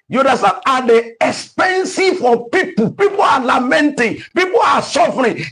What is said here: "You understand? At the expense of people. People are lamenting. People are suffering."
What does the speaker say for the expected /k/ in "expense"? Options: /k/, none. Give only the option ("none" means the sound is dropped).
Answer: /k/